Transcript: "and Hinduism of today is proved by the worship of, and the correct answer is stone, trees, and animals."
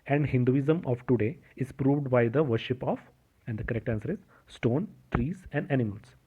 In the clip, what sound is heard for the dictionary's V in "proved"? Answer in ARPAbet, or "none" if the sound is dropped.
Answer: V